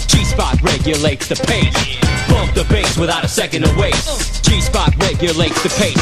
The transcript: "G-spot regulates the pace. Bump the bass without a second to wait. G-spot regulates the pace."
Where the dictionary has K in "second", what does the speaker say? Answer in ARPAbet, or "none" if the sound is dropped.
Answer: K